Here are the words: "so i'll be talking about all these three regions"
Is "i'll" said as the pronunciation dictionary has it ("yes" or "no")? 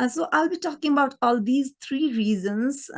yes